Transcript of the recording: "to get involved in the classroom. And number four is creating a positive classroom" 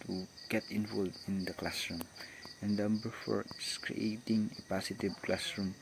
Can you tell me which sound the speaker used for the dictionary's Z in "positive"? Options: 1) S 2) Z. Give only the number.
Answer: 1